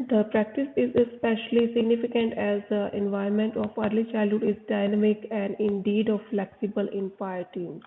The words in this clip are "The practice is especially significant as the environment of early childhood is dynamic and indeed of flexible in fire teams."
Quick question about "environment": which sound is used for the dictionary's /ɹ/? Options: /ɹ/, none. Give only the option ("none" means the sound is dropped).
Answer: none